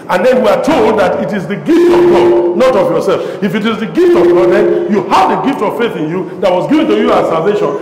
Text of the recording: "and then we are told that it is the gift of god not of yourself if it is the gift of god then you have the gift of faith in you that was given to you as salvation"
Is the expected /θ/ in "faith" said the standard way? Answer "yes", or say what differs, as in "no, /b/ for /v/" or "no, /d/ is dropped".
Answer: yes